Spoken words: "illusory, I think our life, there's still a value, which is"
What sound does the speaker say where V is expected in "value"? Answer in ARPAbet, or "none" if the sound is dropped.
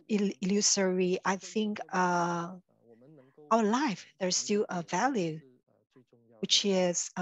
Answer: V